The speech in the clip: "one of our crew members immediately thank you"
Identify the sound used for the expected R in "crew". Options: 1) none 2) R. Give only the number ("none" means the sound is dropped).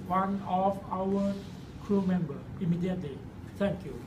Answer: 2